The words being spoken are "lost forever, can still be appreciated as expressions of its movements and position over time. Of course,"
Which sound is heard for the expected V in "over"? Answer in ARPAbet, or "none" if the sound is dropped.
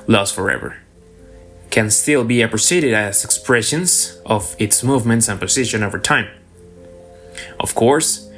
V